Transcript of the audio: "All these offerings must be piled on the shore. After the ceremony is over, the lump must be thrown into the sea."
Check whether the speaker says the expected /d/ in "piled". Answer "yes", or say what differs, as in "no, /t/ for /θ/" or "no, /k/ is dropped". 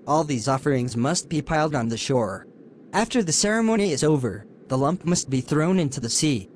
yes